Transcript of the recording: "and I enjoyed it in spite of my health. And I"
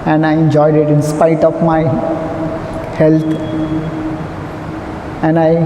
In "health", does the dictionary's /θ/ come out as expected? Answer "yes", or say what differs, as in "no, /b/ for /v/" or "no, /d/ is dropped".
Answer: no, /t/ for /θ/